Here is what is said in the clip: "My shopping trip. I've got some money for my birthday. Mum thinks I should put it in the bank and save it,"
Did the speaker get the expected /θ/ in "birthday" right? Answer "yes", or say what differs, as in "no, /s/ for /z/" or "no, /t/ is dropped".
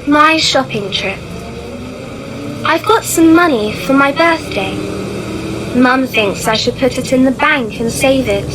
yes